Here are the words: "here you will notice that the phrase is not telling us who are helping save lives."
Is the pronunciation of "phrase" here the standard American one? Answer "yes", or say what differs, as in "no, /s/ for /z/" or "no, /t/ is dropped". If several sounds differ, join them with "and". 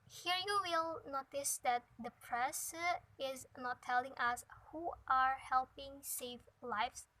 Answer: no, /p/ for /f/ and /s/ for /z/